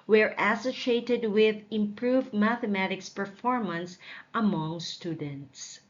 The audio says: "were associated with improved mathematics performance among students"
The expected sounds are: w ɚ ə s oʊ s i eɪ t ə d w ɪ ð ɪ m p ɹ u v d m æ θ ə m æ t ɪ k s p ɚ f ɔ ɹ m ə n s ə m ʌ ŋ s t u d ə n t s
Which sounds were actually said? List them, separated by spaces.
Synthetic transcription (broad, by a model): w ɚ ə s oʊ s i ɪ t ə d w ɪ ð ɪ m p ɹ u v d m æ θ ə m æ t ɪ k s p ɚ f ɔ ɹ m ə n s ə m ʌ ŋ s t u d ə n t s